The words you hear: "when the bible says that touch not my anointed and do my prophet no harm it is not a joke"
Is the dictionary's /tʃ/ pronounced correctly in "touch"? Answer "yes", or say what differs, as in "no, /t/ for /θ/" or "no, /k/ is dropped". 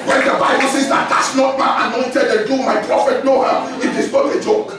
no, /s/ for /tʃ/